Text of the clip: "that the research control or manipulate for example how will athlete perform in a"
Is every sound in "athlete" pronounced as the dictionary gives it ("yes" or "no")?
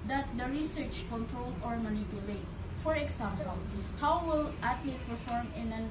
no